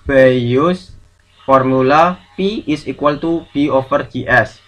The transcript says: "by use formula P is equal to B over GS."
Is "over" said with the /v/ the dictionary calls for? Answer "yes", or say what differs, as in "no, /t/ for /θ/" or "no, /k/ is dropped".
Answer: no, /f/ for /v/